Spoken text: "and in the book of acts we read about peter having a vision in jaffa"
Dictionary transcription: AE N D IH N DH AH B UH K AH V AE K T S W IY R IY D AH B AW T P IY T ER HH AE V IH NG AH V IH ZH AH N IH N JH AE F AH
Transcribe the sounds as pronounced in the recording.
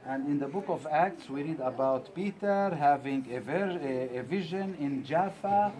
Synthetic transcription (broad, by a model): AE N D IH N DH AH B UH K AH V AE K T S W IY R IY D AH B AW T P IY T ER HH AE V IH NG AH V IH ZH AH N IH N JH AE F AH